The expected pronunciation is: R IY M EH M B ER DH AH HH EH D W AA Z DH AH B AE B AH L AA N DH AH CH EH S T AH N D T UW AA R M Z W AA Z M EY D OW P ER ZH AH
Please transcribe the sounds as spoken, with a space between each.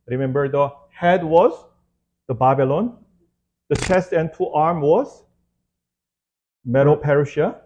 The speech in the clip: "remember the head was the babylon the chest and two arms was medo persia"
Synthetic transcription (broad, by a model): R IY M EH M B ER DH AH HH EH D W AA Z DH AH B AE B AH L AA N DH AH CH EH S T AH N T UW AA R M W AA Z M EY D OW P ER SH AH